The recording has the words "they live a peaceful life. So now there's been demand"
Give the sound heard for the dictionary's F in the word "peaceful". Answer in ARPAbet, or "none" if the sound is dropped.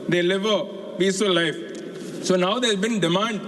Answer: none